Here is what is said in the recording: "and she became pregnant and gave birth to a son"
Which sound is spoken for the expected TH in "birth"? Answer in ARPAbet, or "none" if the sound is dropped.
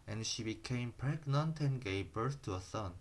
S